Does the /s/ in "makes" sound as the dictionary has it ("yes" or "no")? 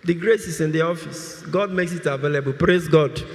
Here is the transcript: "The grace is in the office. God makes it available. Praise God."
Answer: yes